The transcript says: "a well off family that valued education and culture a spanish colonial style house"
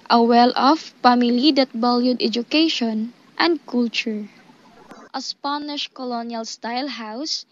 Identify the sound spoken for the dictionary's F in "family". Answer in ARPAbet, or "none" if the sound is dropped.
P